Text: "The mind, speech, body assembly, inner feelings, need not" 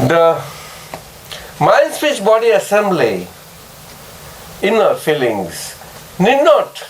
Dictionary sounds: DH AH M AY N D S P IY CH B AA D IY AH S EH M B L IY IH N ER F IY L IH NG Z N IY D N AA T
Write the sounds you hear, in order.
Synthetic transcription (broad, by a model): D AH M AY N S F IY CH B AA D IY AH S EH M B L IY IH N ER F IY L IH NG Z N IY D N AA T